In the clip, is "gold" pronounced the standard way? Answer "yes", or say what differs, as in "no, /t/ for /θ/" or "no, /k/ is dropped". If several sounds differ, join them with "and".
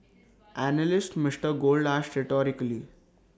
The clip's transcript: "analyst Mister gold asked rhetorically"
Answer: yes